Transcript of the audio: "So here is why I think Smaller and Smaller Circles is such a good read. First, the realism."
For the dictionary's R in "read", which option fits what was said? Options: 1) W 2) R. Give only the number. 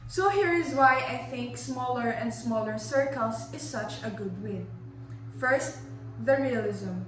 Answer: 1